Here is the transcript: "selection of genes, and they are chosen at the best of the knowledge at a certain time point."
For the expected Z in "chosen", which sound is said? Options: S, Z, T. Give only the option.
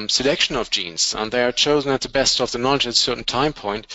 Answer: Z